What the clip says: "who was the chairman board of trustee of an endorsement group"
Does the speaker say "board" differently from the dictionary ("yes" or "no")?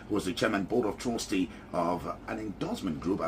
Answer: yes